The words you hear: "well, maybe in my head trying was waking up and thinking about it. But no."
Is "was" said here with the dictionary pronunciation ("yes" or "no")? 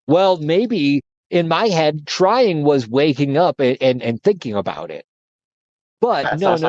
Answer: yes